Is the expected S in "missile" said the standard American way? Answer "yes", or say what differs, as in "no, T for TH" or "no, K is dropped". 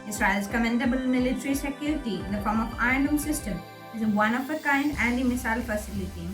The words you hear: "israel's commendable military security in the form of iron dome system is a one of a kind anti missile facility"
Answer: yes